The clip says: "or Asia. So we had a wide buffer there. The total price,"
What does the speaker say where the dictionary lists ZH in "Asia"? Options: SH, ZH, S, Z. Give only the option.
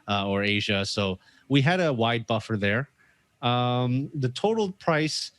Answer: ZH